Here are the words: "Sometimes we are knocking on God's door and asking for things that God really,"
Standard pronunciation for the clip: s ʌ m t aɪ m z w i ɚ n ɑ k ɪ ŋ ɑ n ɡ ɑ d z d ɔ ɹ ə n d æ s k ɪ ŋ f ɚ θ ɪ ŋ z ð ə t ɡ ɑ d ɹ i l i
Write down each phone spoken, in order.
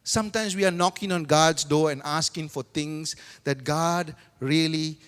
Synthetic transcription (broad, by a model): s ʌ m t aɪ m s w i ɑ n ɑ k ɪ ŋ ɑ n ɡ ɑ d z d ɔ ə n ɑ s k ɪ ŋ f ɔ t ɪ ŋ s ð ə t ɡ ɑ d ɹ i l i